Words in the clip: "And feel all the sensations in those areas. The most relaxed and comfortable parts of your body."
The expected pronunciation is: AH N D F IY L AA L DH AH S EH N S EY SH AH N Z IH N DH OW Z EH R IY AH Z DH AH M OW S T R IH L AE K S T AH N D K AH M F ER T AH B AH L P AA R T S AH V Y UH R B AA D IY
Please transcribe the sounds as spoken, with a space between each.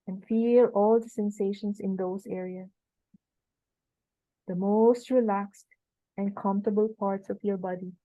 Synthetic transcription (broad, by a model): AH N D F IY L AA L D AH S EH N S EY SH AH N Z IH N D OW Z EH R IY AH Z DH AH M OW S T R IH L AE K S T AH N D K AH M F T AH B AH L P AA R T S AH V Y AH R B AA D IY